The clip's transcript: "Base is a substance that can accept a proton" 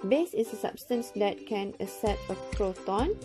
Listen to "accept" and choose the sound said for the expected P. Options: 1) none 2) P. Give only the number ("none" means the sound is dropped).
1